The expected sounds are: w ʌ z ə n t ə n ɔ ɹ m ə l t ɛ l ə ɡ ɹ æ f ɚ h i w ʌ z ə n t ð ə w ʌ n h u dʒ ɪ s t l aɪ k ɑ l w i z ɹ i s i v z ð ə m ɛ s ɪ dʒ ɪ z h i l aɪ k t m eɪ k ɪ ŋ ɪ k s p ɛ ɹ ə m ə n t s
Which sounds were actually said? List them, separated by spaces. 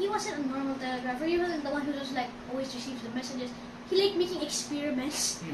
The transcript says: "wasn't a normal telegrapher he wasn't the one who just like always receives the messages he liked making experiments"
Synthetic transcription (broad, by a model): w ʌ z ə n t ə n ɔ ɹ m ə l t ɛ l ə ɡ ɹ æ f ɚ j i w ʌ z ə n ð ə w ʌ n h u z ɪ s l aɪ k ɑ l w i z ɹ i s i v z ð ə m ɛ s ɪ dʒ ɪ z h i l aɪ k m eɪ k ɪ ŋ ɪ k s p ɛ ɹ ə m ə n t s